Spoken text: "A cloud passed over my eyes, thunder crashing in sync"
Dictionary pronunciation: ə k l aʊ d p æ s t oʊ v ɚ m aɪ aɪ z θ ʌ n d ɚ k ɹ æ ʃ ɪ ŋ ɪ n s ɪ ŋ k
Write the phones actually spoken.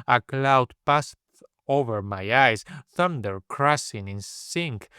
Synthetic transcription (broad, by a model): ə k l aʊ d p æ s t oʊ v ɚ m aɪ aɪ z θ ʌ n d ɚ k ɹ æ s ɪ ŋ ɪ n s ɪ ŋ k